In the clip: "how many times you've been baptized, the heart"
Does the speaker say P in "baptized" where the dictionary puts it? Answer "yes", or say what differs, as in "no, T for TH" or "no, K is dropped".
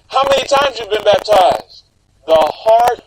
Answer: yes